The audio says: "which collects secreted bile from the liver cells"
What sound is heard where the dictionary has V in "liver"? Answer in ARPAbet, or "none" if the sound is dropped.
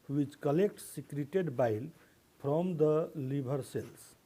B